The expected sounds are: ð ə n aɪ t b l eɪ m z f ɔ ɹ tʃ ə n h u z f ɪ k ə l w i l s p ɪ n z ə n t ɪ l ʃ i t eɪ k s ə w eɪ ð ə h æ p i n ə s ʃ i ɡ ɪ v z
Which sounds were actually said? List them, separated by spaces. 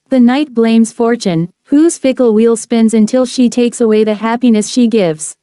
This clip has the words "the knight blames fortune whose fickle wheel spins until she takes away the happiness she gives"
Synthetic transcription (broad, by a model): ð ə n aɪ t b l eɪ m z f ɔ ɹ tʃ ə n h u z f ɪ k l w i l s p ɪ n z ə n t ɪ l ʃ i t eɪ k s ə w eɪ ð ə h æ p i n ə s ʃ i ɡ ɪ v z